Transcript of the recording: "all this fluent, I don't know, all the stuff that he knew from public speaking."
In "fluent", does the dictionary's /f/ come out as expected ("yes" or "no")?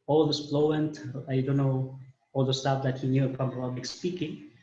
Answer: no